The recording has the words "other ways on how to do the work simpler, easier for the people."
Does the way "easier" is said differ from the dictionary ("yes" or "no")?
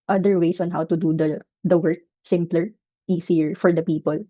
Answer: yes